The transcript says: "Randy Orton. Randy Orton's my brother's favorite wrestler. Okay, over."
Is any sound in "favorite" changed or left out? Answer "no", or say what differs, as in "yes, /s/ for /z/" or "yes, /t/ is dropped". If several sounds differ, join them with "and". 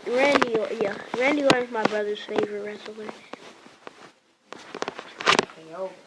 no